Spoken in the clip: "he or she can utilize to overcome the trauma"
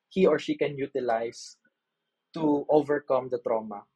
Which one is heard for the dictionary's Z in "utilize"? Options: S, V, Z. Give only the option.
S